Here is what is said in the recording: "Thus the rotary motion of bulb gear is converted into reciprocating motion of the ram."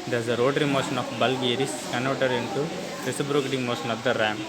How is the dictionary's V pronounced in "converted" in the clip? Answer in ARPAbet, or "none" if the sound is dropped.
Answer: none